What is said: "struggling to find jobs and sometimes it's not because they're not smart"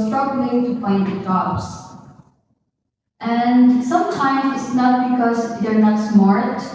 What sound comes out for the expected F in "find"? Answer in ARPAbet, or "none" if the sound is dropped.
P